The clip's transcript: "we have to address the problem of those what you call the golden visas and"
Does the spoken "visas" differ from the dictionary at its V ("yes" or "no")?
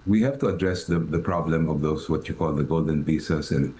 yes